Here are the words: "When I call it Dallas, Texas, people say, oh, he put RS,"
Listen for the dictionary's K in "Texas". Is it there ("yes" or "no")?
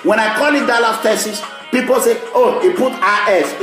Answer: no